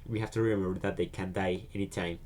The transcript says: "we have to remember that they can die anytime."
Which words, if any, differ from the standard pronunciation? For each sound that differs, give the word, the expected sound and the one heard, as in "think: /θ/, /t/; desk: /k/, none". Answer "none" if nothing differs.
have: /v/, /f/